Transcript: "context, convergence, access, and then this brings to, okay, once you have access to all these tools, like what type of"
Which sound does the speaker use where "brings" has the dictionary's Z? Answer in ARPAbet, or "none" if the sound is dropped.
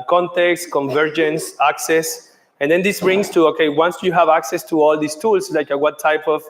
S